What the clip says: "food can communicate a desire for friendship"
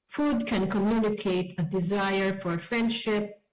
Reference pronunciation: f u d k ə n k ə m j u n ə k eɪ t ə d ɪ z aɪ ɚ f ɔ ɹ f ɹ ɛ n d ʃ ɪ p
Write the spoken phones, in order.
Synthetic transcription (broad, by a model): f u d k ə n k ə m j u n ə k eɪ t ə d ɪ z aɪ ɚ f ɔ ɹ f ɹ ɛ n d ʃ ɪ p